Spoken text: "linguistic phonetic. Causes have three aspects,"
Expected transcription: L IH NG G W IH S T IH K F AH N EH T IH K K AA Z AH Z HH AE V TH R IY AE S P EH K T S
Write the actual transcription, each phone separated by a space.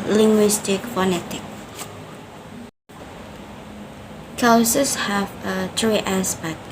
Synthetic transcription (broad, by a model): L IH NG G W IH S T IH K F AH N EH T IH K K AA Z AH S HH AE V T R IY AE S P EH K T